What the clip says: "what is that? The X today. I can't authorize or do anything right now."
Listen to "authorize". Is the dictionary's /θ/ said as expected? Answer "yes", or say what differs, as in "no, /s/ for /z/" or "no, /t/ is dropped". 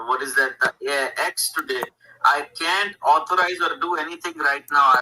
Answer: no, /t/ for /θ/